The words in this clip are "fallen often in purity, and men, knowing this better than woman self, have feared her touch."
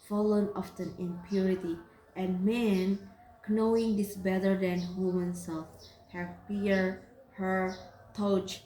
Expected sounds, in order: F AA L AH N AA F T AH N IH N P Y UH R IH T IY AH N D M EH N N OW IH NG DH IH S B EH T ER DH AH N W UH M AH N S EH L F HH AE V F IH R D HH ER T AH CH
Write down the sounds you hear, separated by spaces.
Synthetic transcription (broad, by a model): F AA L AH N AA F T AH N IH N P Y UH R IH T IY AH N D M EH N N OW IH NG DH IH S B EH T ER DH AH N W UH M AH N S EH L F HH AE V P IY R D HH ER T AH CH